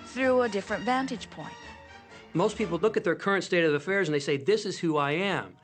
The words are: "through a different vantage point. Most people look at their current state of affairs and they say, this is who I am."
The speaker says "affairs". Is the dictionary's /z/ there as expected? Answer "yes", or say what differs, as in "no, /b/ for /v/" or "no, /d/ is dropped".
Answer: yes